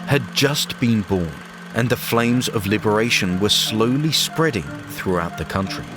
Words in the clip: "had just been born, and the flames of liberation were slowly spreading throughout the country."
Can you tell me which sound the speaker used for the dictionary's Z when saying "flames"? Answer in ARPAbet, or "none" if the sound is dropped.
Z